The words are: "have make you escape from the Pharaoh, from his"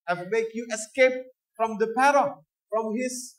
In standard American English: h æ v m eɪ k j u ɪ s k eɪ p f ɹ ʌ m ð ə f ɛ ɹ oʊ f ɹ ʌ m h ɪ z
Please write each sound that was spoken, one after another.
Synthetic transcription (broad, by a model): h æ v m eɪ k j u ɪ s k eɪ p f ɹ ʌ m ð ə p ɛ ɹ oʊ f ɹ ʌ m h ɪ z